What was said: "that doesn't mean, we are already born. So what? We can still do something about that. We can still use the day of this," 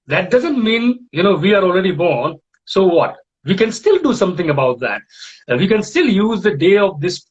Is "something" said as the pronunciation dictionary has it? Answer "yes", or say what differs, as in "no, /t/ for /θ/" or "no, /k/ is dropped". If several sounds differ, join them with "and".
no, /t/ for /θ/